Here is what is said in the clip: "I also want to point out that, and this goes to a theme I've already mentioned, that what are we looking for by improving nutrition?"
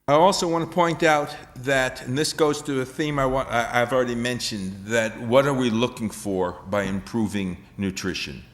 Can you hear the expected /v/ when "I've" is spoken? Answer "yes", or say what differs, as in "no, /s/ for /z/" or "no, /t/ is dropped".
no, /w/ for /v/